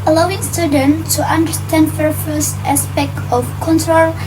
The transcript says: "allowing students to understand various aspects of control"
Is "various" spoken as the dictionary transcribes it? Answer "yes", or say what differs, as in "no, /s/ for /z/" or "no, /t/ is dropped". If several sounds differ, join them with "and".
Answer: no, /f/ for /v/